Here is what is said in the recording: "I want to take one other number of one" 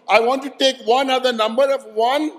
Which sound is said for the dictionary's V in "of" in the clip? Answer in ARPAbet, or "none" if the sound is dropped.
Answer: V